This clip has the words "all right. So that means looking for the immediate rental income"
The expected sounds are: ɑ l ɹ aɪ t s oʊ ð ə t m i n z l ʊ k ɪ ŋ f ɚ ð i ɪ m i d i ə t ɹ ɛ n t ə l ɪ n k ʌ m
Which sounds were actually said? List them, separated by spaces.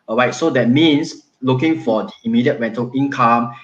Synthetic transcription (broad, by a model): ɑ ɹ aɪ t s oʊ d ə t m i n s l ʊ k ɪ ŋ f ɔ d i ɪ m i d i ə t w ɛ n t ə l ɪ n k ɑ m